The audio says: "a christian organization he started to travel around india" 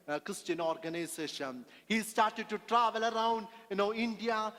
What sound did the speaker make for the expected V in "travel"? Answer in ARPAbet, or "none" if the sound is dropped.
V